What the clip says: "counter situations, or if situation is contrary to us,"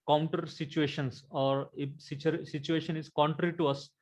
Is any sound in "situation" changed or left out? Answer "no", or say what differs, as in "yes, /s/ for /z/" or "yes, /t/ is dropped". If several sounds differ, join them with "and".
no